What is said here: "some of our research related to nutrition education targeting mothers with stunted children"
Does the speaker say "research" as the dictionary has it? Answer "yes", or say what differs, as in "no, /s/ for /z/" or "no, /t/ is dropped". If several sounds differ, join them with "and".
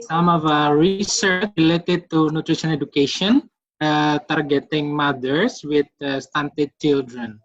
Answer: yes